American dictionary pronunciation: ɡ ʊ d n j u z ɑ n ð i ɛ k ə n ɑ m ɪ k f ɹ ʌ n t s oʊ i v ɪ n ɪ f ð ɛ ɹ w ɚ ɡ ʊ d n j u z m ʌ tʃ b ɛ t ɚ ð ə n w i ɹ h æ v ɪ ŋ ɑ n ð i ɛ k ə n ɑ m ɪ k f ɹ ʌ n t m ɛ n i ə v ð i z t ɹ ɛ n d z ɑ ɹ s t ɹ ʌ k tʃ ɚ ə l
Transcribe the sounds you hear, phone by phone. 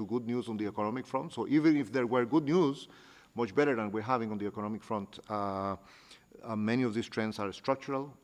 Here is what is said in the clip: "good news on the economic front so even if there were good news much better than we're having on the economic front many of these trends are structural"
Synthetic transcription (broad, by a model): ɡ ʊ d n j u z ɑ n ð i ɛ k ə n ɑ m ɪ k f ɹ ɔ n t s oʊ i v ɪ n ɪ f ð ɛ ɹ w ɚ ɡ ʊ d n j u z m ʌ tʃ b ɛ t ɚ ð ə n w i ɹ h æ v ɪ ŋ ɑ n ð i ɛ k ə n ɑ m ɪ k f ɹ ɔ n t m ɛ n i ə v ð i s t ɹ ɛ n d s ɑ ɹ s t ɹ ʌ k tʃ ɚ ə l